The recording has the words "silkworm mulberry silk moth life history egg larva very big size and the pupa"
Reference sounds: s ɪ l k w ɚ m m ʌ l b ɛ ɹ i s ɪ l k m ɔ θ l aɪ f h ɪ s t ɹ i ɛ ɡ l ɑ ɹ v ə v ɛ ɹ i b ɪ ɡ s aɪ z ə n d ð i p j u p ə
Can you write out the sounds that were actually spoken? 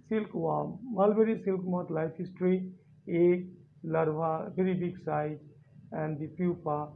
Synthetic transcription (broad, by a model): s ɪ l k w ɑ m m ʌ l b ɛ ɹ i s ɪ l k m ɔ t l aɪ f h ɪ s t ɹ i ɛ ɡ l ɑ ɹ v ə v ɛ ɹ i b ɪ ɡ s aɪ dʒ ə n d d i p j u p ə